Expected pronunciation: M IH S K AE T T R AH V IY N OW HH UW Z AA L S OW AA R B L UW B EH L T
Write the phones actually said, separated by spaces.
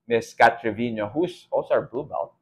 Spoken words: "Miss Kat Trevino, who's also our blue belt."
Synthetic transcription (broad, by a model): M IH S K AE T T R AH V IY N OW HH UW S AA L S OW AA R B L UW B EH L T